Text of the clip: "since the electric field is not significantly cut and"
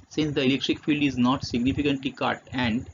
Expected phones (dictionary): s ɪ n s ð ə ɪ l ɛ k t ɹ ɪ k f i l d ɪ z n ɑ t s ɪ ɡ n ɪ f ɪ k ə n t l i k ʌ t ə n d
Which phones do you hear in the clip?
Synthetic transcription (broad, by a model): s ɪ n s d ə ɪ l ɛ k t ɹ ɪ k f i l d ɪ z n ɑ t s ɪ ɡ n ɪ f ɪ k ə n t l i k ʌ t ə n d